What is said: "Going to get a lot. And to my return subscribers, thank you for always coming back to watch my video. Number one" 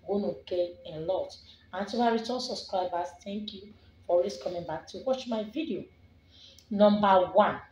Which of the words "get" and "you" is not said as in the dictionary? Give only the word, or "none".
get